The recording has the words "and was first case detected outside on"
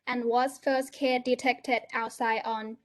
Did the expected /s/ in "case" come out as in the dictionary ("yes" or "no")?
no